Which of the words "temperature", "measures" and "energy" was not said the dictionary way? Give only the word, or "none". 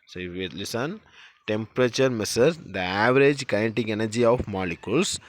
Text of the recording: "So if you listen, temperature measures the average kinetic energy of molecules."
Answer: measures